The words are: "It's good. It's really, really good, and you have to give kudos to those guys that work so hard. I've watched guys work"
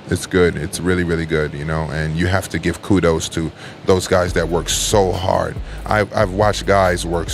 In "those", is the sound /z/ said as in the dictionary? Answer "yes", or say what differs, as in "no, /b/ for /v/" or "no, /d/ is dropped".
yes